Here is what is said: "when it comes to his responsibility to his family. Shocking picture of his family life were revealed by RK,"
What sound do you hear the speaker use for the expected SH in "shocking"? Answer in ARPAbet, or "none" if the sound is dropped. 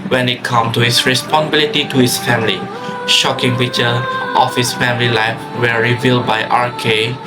SH